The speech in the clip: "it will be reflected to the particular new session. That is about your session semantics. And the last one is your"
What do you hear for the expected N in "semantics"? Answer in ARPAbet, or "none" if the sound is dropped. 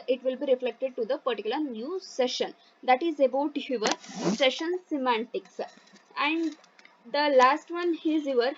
N